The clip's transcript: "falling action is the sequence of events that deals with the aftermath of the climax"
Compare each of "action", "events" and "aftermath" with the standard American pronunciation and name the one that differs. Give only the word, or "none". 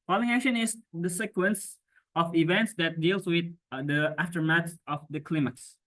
aftermath